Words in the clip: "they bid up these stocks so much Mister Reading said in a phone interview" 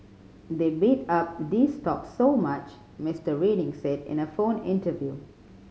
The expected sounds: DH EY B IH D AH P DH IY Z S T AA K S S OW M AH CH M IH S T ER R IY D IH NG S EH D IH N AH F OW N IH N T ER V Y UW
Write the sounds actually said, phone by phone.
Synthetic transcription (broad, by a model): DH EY B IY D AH P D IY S T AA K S S OW M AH CH M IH S T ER R IY D IH NG S EH D IH N AH F OW N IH N T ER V Y UW